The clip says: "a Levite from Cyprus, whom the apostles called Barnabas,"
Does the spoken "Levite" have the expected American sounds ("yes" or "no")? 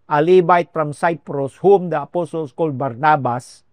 no